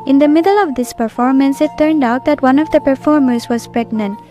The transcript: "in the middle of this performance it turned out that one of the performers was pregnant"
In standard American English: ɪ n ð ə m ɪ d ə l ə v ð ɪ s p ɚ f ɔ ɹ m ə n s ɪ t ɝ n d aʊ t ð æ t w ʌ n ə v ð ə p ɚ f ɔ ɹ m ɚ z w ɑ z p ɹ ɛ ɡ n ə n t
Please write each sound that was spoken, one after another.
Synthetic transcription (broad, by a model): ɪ n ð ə m ɪ d ə l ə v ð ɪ s p ɚ f ɔ ɹ m ə n s ɪ t ɝ n d aʊ t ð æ t w ʌ n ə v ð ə p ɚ f ɔ ɹ m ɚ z w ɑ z p ɹ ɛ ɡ n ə n t